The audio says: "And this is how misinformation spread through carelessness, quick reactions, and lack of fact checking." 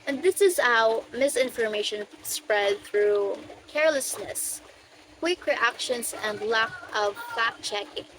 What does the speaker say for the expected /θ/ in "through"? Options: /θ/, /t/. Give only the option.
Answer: /θ/